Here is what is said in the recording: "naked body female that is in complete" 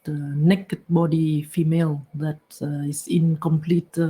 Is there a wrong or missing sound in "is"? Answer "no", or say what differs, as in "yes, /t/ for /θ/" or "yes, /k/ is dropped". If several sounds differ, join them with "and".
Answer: yes, /s/ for /z/